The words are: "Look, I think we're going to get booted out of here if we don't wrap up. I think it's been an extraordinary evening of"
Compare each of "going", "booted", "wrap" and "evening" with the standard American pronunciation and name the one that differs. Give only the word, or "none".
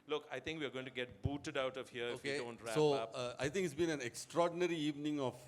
wrap